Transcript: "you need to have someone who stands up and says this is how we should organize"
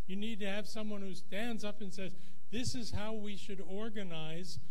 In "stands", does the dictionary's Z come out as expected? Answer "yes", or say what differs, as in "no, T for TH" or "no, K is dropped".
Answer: yes